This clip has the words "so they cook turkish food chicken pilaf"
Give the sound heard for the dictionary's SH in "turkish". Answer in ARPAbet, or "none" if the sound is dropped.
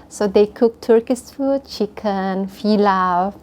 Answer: S